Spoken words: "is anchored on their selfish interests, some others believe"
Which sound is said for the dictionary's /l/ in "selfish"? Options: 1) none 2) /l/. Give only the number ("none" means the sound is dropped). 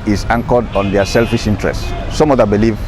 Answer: 2